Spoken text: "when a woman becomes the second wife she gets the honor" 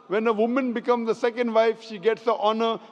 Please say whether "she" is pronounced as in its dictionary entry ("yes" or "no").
yes